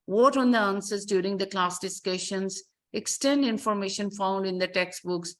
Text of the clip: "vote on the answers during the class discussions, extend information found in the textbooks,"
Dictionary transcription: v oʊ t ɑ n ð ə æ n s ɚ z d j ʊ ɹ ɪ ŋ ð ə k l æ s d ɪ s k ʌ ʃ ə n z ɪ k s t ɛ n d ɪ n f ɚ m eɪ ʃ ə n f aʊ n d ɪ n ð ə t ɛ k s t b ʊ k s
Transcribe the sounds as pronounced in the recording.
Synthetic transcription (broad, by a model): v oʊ t ɑ n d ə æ n s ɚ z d j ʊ ɹ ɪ ŋ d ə k l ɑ s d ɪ s k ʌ ʃ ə n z ɪ k s t ɛ n d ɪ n f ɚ m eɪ ʃ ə n f aʊ n d ɪ n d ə t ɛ k s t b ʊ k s